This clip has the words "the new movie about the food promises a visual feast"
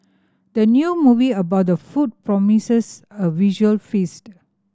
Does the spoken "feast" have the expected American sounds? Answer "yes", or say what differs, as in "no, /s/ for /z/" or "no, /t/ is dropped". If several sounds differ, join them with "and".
yes